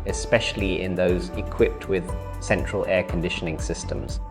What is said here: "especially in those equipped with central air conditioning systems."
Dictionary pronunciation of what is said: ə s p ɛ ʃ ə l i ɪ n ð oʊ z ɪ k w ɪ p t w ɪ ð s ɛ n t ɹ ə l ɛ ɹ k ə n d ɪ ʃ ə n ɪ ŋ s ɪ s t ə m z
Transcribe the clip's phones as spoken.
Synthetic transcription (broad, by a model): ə s p ɛ ʃ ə l i ɪ n ð oʊ z ɪ k w ɪ p t w ɪ ð s ɛ n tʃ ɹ ə l ɛ k ə n d ɪ ʃ ə n ɪ ŋ s ɪ s t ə m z